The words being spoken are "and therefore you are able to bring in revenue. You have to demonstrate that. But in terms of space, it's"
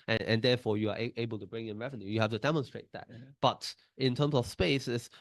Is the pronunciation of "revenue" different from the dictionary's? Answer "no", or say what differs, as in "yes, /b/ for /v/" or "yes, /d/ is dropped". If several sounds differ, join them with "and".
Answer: no